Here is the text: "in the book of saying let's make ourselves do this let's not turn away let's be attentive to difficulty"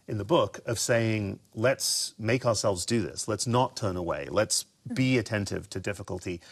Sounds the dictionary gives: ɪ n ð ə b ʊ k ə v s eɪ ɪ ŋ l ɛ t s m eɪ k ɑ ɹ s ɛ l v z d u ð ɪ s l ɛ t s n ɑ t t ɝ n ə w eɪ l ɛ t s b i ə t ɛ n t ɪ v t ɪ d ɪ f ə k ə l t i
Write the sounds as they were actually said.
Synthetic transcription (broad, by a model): ɪ n ð ə b ʊ k ə v s eɪ ɪ ŋ l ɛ t s m eɪ k ɑ ɹ s ɛ l v z d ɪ ð ɪ s l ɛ t s n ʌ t t ɝ n ə w eɪ l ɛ t s b i ə t ɛ n t ɪ v t ɪ d ɪ f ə k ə l t i